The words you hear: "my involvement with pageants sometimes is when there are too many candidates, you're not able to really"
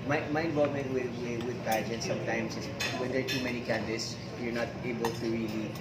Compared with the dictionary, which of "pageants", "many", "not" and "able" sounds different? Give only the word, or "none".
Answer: pageants